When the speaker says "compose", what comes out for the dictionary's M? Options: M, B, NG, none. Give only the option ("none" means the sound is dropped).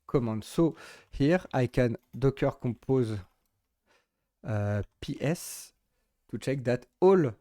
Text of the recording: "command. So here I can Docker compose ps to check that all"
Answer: none